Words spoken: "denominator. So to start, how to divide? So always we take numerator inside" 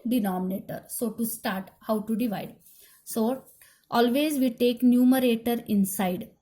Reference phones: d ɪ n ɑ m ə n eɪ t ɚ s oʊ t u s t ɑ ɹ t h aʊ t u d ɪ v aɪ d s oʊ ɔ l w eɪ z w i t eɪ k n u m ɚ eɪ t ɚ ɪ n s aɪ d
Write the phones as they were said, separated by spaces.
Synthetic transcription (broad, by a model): d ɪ n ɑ m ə n eɪ t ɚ s oʊ t u s t ɑ ɹ t h aʊ t u d ɪ v aɪ d s oʊ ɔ l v eɪ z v i t eɪ k n u m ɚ eɪ t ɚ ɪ n s aɪ d